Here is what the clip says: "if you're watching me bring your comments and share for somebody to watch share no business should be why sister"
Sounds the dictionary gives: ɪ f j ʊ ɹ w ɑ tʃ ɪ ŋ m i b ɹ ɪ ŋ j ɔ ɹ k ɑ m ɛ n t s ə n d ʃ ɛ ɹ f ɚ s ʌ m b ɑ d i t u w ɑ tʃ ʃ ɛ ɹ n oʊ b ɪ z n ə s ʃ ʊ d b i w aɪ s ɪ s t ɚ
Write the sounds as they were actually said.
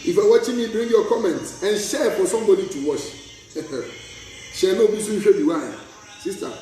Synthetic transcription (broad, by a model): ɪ f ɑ w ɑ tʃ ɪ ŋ m i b ɹ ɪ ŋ j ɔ k ɑ m ɛ n t s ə n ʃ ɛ f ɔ s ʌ m b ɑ d i t u w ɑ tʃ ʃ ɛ n oʊ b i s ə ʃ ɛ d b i w aɪ s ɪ s t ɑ